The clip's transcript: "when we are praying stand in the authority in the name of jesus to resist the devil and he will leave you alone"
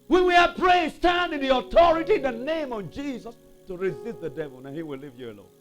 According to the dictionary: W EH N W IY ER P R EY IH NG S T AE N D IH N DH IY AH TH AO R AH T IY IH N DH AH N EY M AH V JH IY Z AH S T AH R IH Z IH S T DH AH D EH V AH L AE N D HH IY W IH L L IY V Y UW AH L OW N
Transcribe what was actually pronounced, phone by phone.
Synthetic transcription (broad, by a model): W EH N W IY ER P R EY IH S T AE N D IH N DH IY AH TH AO R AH T IY IH N DH AH N EY M AH V JH IY Z AH S T AH R IH Z IH S T DH AH D EH V AH L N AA HH IY W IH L L IY V Y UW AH L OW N